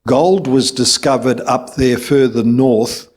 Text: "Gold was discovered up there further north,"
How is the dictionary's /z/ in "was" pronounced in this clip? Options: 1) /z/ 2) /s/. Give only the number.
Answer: 1